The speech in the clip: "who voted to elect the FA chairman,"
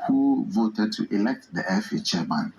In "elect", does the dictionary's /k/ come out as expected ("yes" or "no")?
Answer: yes